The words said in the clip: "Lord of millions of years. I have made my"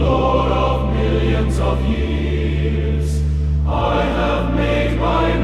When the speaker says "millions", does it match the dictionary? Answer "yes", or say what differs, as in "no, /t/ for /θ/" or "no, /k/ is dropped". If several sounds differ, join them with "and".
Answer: yes